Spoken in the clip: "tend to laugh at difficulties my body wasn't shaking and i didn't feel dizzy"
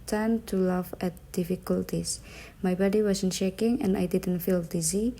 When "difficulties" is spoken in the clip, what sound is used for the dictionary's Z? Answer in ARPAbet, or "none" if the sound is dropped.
S